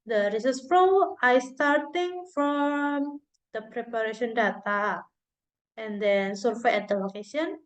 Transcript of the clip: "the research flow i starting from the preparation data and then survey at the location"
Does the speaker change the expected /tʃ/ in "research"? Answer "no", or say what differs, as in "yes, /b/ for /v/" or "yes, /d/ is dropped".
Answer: yes, /s/ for /tʃ/